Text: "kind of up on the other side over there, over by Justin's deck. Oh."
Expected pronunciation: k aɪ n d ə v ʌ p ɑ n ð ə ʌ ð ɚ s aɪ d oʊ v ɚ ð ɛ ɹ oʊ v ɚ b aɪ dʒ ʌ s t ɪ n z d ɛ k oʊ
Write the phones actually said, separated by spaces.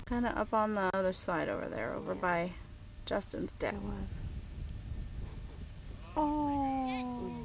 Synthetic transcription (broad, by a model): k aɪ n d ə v ʌ p n ð ə ʌ ð ɚ s aɪ d oʊ v ɚ ð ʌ ɹ oʊ v ɚ b aɪ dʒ ʌ s t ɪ n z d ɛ oʊ